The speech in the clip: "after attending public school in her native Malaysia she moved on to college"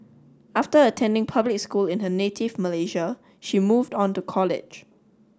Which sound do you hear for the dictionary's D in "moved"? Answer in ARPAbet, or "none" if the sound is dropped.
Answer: D